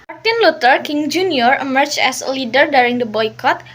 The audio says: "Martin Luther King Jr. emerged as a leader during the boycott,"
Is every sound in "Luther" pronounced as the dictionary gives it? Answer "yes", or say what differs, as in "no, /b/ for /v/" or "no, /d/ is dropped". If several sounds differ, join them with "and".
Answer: no, /t/ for /θ/